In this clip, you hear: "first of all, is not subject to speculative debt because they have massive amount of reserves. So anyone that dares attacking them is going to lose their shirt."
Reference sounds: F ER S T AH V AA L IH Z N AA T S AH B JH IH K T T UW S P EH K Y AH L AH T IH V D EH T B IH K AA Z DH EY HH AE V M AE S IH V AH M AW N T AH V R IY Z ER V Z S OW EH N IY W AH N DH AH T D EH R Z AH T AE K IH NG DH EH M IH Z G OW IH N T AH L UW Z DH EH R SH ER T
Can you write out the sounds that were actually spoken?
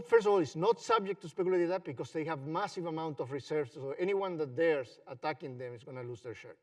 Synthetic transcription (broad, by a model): F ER S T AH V AA L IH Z N AA T S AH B JH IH K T T UW S P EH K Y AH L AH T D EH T B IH K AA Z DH EY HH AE V M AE S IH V AH M AW N T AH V R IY S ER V S OW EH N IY W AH N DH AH T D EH R S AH T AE K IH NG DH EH M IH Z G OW N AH L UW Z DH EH R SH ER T